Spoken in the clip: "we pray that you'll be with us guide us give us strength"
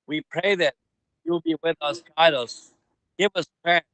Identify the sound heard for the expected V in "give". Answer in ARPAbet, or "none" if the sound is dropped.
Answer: V